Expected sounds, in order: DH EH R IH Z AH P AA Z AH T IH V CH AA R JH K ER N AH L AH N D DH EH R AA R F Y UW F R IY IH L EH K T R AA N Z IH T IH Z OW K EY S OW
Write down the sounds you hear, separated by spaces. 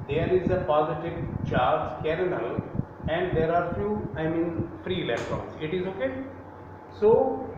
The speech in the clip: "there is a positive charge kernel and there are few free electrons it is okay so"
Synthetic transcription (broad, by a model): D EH R IH Z AH P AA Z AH T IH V CH AA R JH K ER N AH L AH N D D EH R AA R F Y UW F R IY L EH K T AA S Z IH T IH Z OW K EY S OW